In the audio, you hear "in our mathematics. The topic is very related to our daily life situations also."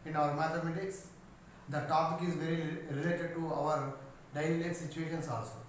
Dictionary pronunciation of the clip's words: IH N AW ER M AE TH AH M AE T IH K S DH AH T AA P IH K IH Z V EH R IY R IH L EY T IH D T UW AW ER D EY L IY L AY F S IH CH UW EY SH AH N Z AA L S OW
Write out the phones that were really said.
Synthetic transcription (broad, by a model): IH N AW ER M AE T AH M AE T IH K S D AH T AA P IH K IH Z V EH R IY R IH L EY T IH D T UW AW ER D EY IY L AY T S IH CH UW EY SH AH N S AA L S OW